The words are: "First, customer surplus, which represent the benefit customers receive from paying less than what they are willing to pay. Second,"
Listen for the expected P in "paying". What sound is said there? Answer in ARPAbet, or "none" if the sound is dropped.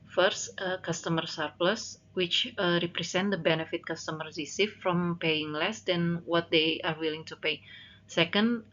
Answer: P